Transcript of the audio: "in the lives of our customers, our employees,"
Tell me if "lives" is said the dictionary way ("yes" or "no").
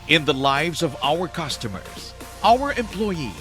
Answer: yes